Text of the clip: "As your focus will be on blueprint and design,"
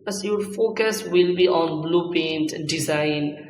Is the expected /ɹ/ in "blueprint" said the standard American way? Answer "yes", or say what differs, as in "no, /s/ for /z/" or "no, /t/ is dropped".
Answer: no, /ɹ/ is dropped